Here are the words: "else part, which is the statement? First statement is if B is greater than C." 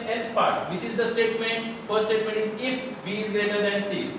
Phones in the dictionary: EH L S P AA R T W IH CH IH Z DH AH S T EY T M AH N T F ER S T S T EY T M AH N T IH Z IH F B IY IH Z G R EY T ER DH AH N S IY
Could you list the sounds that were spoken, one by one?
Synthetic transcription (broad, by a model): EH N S P AA R T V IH CH IH Z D AH S T EY T M AH N T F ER T S T EY T M AH N T IH Z IH F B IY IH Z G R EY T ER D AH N S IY